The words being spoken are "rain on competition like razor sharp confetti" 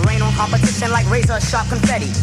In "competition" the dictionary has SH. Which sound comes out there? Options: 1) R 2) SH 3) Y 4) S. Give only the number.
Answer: 4